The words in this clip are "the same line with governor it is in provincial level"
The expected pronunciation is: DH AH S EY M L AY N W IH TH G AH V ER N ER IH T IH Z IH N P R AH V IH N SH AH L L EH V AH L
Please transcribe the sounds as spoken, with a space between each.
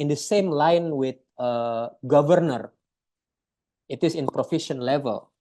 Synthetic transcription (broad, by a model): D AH S EY M L AY N W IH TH G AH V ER N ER IH T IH S IH N P R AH F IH SH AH N L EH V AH L